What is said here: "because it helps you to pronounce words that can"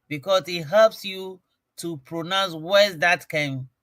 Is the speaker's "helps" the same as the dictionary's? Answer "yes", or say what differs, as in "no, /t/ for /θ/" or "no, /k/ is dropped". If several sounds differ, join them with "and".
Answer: yes